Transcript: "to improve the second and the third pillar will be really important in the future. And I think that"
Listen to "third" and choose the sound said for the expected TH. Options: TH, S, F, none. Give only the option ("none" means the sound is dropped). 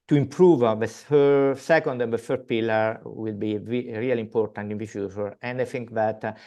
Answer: F